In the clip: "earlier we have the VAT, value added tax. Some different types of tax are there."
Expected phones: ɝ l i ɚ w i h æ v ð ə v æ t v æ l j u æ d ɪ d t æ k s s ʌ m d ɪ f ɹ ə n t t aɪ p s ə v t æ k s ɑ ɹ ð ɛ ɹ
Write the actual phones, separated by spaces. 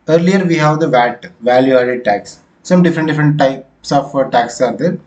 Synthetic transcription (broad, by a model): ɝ l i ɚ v i h æ v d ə v æ t v æ l j u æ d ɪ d t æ k s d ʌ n d ɪ f ɹ ə n t t aɪ p s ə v t æ k s ɑ ɹ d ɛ ɹ